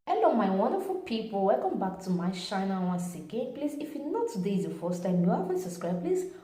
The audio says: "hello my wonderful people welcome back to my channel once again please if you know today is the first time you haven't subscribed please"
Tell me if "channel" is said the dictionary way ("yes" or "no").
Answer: no